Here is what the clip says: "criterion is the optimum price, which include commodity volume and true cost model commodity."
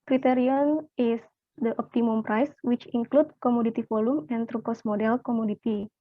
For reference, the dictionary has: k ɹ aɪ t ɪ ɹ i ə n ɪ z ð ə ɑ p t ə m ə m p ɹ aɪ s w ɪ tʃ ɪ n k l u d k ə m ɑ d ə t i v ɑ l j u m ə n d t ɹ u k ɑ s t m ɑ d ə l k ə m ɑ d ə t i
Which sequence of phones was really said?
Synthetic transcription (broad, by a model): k ɹ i t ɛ ɹ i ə n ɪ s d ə ɑ p t ə m ə m p ɹ aɪ s w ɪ tʃ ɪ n k l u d k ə m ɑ d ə t i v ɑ l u m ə n t ɹ u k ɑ s m ɑ d ə l k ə m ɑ d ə t i